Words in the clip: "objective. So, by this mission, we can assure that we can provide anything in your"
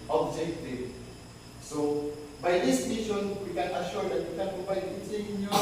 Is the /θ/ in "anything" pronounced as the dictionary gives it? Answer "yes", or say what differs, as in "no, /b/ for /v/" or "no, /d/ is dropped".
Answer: no, /s/ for /θ/